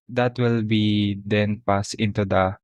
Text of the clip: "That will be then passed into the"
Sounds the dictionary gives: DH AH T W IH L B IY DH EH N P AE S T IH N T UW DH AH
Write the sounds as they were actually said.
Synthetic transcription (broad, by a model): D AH T W IH L B IY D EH N P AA S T IH N T UW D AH